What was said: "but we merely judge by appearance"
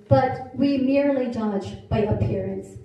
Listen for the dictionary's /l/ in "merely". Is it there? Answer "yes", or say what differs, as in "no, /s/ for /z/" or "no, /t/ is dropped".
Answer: yes